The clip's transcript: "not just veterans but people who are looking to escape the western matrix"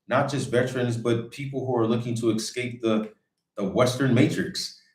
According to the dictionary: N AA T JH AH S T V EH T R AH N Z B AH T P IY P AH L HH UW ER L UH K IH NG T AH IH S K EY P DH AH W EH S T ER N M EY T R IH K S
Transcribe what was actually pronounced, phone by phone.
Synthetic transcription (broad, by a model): N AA T JH AH S T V EH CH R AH N Z B AH T P IY P L HH UW ER L UH K IH NG T AH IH S K EY P DH AH W EH S T ER N M EY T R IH K S